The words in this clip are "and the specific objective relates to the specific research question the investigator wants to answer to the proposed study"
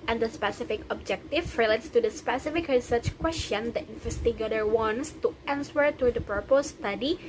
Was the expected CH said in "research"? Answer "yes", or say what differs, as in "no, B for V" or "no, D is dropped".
yes